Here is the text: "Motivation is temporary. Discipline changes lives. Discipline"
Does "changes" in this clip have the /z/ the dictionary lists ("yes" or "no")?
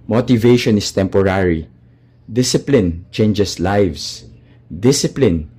no